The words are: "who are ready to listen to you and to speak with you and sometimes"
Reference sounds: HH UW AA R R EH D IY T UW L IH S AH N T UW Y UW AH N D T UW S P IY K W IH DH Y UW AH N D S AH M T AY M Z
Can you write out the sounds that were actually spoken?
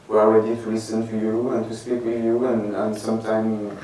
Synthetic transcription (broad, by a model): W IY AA L R EH D IY T UW L IH S AH N T UW Y UW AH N T UW S P IY K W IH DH Y UW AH N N S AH M T AY M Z